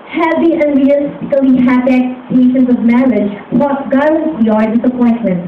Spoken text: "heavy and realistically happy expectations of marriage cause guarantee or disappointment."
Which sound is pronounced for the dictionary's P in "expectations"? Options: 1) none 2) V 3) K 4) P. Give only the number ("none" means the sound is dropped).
1